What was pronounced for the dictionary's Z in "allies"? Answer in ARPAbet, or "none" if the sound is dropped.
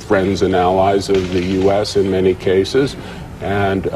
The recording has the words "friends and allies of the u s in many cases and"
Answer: Z